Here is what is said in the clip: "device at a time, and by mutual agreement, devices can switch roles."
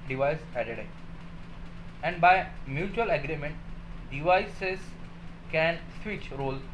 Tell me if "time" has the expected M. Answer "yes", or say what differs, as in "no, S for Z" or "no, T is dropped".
no, M is dropped